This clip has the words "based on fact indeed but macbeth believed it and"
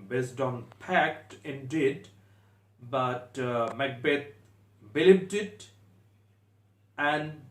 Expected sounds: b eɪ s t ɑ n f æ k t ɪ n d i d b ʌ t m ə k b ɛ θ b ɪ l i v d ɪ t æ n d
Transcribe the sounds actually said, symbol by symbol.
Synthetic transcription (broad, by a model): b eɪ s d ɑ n p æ k t ɪ n d i d b ʌ t m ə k b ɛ t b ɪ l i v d ɪ t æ n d